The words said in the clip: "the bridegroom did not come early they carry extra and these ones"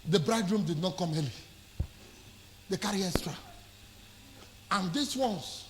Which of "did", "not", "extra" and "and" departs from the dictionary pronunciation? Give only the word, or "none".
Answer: extra